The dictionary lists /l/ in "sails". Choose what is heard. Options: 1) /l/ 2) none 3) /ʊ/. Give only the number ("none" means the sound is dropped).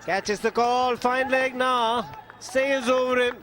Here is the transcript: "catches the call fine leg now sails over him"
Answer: 2